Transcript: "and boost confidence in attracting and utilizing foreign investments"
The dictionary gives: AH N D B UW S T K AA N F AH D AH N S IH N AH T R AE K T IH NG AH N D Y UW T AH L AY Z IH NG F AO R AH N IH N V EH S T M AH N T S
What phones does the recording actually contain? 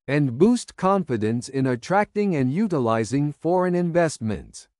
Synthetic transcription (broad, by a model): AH N B UW S T K AA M F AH D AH N S IH N AH T R AE K T IH NG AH N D Y UW T AH L AY Z IH NG F AO R AH N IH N V EH S T M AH N T S